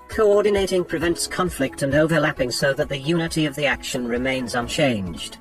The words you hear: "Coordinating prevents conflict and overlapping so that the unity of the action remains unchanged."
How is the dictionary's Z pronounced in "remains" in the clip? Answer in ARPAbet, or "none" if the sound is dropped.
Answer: Z